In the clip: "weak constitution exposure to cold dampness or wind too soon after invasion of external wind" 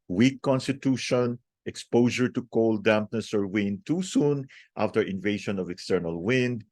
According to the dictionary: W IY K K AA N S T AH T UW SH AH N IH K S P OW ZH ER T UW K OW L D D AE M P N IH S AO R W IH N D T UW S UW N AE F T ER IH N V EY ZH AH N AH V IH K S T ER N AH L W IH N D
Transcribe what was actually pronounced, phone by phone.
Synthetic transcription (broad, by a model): W IY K K AA N S T AH T UW SH AH N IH K S P OW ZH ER T UW K OW L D D AE M P N IH S AO R W IH N D T UW S UW N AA F T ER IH N V EY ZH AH N AH V IH K S T ER N AH L W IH N D